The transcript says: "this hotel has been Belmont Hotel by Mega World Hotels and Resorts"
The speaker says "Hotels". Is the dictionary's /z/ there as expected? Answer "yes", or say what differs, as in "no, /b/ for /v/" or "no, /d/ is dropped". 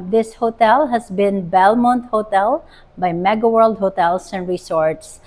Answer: no, /s/ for /z/